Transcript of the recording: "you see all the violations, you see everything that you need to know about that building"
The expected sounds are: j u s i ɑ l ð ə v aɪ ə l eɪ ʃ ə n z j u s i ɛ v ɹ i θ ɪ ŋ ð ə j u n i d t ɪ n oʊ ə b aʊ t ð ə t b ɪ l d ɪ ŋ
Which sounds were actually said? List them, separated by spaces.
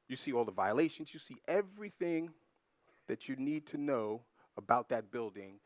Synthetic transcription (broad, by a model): j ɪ s i ɑ l ð ə v aɪ ə l eɪ ʃ ə n z j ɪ s i ɛ v ɹ i θ ɪ ŋ ð ə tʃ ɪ n i d t ɪ n oʊ ə b aʊ t ð ə t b ɪ l d ɪ ŋ